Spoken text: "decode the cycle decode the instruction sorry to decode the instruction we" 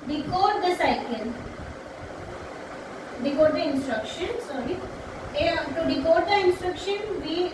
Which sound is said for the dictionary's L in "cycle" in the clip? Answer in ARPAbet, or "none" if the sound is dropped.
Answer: N